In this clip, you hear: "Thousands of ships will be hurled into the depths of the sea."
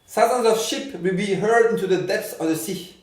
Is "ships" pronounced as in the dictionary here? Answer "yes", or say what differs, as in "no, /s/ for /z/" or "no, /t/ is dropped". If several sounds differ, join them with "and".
no, /s/ is dropped